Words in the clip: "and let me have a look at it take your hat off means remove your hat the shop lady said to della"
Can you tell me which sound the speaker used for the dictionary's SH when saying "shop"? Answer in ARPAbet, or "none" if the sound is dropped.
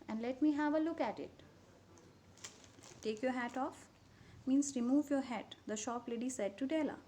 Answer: SH